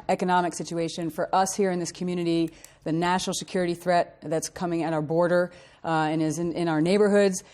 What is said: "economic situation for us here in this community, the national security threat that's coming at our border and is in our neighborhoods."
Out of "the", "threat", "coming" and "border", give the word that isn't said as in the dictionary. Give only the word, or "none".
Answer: none